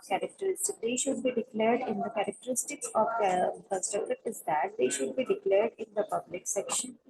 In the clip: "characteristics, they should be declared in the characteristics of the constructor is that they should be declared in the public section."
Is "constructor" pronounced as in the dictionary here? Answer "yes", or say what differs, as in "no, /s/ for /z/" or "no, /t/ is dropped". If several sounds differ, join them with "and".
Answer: no, /n/ is dropped and /ɹ/ is dropped